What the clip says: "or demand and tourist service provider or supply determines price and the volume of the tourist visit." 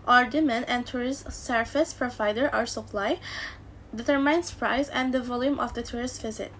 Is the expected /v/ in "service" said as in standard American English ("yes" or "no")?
no